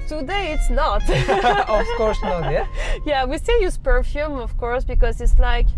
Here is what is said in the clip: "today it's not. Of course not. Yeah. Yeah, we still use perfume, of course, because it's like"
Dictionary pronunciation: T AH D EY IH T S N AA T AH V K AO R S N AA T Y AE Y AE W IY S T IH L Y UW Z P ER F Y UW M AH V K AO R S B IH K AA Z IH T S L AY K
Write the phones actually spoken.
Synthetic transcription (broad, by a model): T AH D EY IH T S N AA T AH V K AO R S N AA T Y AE Y AE W IY S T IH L Y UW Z P ER F Y UW M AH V K AO R S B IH K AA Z IH T S L AY K